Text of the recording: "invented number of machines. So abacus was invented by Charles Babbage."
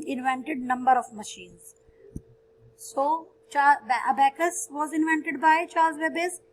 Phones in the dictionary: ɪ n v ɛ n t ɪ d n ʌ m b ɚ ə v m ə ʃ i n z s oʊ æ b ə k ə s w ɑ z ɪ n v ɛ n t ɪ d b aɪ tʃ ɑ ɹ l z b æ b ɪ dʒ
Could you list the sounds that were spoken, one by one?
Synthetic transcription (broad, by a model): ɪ n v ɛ n t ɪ d n ʌ m b ɚ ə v m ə ʃ i n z s oʊ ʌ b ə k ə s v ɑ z ɪ n v ɛ n t ɪ d b aɪ tʃ ɑ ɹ z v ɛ b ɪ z